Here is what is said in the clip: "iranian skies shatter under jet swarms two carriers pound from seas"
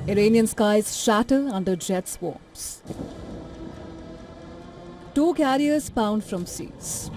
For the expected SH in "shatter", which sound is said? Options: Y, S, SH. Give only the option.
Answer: SH